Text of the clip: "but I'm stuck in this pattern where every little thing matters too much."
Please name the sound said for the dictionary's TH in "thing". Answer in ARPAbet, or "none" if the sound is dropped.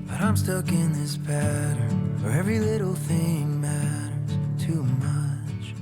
TH